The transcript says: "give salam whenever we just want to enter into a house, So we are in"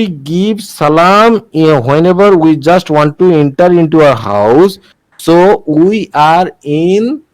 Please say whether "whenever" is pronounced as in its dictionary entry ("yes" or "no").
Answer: no